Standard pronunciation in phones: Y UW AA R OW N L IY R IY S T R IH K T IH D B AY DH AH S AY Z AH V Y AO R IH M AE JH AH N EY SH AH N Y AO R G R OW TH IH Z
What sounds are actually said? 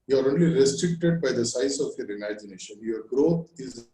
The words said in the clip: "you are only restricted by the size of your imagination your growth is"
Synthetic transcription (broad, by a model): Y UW AA R OW N L IY R IY S T R IH K T IH D B AY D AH S AY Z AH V Y AO R IH M AE JH AH N EY SH AH N Y AO R G R OW T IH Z